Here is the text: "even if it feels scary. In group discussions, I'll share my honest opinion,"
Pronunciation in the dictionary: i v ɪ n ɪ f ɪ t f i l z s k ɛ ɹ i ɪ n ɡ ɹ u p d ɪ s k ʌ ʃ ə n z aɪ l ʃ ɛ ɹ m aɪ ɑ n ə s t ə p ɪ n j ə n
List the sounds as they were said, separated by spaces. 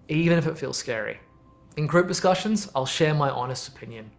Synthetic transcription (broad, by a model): i v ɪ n ɪ f ɪ t f i l z s k ɛ ɹ i ɪ n ɡ ɹ u p d ɪ s k ʌ ʃ ə n z aɪ l ʃ ɛ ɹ m aɪ ɑ n ə s t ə p ɪ n j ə n